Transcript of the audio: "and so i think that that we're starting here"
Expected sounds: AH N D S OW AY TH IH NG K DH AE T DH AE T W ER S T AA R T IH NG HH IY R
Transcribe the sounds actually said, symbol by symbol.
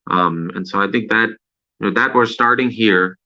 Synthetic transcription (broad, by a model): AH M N S OW AY TH IH NG K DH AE T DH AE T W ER S T AA R T IH NG HH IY R